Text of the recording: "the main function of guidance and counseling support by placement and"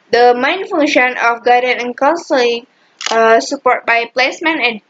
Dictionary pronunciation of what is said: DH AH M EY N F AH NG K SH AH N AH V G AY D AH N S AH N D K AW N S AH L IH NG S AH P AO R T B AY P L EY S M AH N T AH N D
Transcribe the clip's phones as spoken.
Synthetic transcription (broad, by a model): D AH M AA N F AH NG SH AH N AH F G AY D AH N AH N K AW N S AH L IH NG S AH P AO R T B AY P L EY S M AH N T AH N